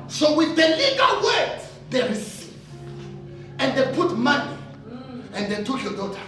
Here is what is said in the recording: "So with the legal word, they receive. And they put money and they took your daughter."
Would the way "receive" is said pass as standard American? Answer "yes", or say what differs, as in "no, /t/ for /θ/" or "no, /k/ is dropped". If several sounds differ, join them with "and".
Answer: no, /v/ is dropped